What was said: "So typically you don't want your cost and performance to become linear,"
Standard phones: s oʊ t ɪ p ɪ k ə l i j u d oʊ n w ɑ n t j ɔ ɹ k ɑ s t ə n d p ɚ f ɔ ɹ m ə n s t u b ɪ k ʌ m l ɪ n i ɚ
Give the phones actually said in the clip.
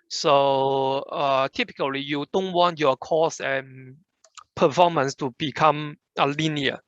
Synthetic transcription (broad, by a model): s oʊ t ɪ p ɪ k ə l i j u d oʊ n w ɑ n t j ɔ k ɑ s ə n p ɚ f ɔ m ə n s t u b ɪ k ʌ m l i n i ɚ